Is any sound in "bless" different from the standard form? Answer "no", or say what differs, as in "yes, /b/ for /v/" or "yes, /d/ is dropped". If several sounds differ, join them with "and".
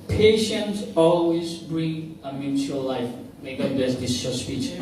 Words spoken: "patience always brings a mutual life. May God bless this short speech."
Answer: yes, /l/ is dropped